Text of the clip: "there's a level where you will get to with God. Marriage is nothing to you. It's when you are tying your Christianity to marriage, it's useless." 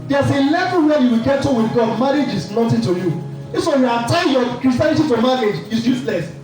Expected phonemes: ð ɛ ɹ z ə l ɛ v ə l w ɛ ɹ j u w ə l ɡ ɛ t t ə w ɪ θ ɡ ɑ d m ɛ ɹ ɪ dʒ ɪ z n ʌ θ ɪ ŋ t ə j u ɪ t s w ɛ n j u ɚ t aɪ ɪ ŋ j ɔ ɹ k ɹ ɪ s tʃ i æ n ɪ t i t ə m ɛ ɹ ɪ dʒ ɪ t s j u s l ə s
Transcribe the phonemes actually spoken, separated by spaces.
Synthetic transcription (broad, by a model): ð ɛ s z ə l ɛ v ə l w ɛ j u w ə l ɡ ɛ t t ə w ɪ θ ɡ ɑ d m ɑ ɹ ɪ dʒ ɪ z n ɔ t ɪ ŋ t ə j u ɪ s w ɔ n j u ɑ t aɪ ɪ j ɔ k ɹ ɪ s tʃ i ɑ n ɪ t i t ə m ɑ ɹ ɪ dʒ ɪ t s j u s l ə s